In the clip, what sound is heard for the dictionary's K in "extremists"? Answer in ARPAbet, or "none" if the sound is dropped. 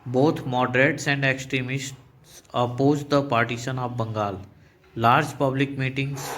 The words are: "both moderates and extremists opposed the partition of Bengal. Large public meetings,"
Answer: K